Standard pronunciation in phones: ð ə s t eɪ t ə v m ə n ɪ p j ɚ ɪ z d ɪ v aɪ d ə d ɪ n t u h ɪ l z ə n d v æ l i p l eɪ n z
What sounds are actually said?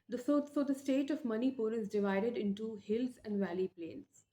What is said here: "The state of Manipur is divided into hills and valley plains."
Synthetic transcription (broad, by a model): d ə s t eɪ t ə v m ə n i p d ɪ z d ɪ v aɪ d ə d ɪ n t u h ɪ l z ə n d v æ l i p l eɪ n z